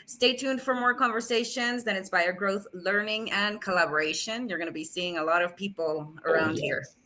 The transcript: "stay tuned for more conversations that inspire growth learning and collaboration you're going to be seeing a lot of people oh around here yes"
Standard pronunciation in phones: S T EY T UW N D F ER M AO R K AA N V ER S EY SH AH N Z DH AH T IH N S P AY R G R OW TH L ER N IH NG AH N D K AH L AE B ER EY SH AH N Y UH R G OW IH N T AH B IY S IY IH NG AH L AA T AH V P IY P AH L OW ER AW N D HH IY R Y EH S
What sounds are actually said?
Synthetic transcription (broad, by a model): S T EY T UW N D F ER M AO R K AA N V ER S EY SH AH N Z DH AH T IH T S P AY R G R OW TH L ER N IH NG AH N K AH L AE B ER EY SH AH N Y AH R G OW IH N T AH B IY S IY IH NG AH L AA T AH V P IY P L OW ER AW N D HH IY R